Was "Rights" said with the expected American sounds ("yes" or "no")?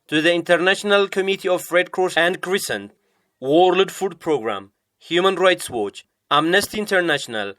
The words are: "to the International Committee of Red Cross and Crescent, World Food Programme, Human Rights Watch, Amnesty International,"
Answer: yes